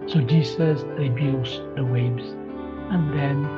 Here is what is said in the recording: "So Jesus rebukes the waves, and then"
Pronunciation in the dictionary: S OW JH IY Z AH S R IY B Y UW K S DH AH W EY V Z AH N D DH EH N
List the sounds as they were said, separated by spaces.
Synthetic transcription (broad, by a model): S OW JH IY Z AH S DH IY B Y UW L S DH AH W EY B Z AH N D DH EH N